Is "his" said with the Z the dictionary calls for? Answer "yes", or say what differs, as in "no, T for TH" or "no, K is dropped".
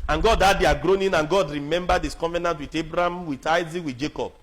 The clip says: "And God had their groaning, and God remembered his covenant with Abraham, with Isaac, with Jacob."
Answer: no, S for Z